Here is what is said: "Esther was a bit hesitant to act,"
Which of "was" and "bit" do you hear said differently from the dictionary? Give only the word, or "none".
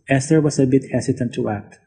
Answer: was